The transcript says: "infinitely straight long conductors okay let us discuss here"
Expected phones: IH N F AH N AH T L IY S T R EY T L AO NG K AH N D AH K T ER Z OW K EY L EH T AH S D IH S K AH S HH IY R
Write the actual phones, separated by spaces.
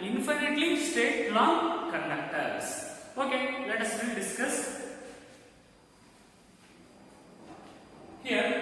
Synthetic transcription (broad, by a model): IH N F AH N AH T L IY S T EY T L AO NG K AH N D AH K T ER S OW K EY L EH T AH S D IH S K AH S HH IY R